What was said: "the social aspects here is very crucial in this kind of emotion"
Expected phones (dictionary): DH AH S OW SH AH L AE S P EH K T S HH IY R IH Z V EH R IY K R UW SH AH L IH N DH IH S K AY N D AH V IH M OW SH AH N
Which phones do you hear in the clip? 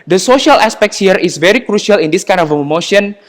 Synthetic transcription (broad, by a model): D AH S OW SH AH L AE S P EH K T S HH IY R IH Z V EH R IY K R UW SH AH L IH N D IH S K AY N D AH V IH M OW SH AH N